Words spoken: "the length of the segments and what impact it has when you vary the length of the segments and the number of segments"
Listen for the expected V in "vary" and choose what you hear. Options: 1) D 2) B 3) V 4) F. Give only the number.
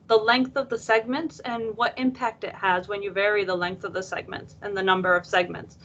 3